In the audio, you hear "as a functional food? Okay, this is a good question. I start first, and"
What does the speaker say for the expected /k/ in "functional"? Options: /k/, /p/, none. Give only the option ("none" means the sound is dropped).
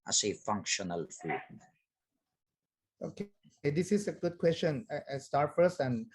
/k/